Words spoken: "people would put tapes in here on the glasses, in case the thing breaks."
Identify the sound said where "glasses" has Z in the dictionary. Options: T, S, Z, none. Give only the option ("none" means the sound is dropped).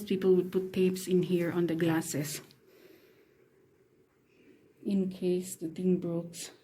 S